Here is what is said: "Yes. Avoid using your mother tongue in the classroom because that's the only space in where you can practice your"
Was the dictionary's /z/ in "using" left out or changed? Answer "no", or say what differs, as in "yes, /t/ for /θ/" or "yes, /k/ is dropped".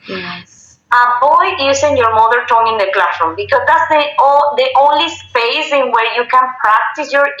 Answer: yes, /s/ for /z/